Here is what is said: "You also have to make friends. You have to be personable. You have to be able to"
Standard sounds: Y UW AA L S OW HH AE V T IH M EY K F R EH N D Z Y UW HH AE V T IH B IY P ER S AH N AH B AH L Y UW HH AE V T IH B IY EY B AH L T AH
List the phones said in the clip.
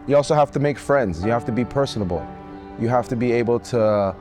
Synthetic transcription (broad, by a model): Y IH AA L S OW HH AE F T IH M EY K F R EH N D Z Y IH HH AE F T IH B IY P ER S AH N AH B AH L Y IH HH AE F T IH B IY EY B L T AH